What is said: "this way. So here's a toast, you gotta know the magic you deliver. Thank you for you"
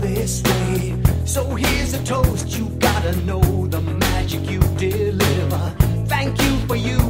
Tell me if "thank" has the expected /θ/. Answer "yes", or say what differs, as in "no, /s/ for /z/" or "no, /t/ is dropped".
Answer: yes